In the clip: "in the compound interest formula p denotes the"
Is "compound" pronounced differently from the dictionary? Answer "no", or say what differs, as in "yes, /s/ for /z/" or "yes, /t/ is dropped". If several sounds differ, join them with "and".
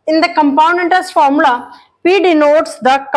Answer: yes, /d/ is dropped